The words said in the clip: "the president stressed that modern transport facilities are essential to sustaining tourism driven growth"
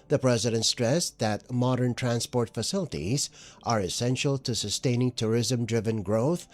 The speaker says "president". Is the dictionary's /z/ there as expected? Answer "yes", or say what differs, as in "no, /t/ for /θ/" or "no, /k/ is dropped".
yes